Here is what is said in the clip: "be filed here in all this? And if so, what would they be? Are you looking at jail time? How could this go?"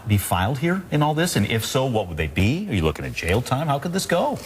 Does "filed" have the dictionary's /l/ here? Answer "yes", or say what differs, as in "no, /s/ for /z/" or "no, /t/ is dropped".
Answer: yes